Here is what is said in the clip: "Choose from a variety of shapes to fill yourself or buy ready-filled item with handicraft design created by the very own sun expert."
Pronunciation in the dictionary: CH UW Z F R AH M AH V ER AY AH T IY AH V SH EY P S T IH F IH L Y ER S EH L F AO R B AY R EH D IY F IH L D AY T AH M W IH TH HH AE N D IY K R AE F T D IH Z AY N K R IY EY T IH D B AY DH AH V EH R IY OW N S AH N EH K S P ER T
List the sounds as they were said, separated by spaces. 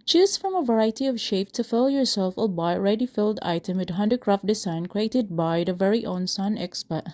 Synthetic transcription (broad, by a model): CH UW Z F R AH M AH V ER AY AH T IY AH V SH EY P T IH F IH L Y ER S EH L F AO L B AY R EH D IY F IH L D AY T AH M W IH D HH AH N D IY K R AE F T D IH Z AY N K R IY EY T IH D B AY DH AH V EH R IY OW N S AH N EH K S P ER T